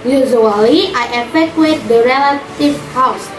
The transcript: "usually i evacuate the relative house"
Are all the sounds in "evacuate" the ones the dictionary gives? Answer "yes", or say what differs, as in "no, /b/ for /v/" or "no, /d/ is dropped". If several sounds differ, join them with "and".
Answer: no, /f/ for /v/